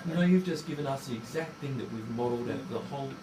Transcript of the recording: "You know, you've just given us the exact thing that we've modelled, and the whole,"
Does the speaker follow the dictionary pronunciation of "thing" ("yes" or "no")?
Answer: yes